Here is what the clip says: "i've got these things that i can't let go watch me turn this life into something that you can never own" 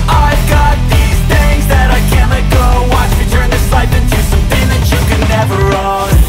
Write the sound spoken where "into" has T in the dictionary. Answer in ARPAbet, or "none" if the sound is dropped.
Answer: T